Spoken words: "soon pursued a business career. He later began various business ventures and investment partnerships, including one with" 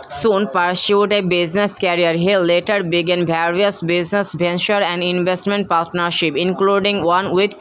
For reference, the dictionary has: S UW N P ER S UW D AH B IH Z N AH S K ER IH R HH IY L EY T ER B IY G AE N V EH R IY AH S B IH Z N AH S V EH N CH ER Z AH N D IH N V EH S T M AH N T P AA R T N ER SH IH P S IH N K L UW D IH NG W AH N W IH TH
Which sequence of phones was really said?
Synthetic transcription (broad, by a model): S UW N P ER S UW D AH B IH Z N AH S K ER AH R HH IY L EY T ER B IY G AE N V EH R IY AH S B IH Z N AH S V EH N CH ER AH N D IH N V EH S T M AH N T P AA R T N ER SH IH P IH N K L UW D IH NG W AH N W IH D